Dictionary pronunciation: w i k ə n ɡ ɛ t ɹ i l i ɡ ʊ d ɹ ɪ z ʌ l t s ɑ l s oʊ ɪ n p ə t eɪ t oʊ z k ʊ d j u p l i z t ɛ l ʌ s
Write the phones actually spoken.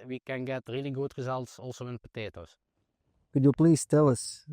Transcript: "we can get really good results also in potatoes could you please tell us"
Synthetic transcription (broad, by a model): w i k ə n ɡ ɛ t ɹ i l i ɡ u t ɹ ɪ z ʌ l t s ɑ l s oʊ ɪ n p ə t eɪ t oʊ s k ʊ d j u p l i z t ɛ l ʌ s